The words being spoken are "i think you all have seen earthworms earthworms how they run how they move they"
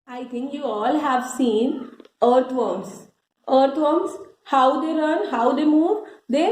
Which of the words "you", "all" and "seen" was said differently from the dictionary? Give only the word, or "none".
none